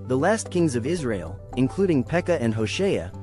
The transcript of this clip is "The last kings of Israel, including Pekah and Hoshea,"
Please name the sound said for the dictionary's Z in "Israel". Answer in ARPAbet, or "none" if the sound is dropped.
Z